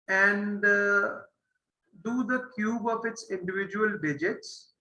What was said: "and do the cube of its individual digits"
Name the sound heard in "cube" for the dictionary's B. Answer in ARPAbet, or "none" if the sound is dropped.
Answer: B